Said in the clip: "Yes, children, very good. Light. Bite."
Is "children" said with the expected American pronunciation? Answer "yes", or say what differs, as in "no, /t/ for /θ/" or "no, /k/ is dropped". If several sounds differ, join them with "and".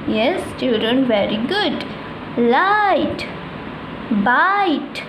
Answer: no, /ɹ/ is dropped